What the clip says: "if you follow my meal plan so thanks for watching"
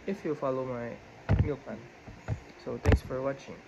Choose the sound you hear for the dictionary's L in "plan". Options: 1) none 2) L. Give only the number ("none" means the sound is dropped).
1